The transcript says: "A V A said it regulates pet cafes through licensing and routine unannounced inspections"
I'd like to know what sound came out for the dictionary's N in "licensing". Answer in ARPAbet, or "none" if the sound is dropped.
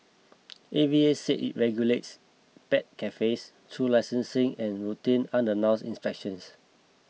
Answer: N